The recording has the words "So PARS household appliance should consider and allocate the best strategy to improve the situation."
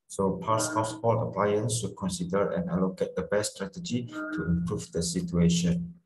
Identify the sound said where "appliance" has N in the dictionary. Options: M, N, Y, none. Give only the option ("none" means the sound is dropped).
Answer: N